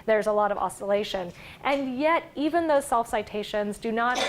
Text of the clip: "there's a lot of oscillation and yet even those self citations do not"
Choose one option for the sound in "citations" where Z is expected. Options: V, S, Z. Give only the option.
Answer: Z